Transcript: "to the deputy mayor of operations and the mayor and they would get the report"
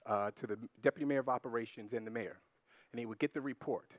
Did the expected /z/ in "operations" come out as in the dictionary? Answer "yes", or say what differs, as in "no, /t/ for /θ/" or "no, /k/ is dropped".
yes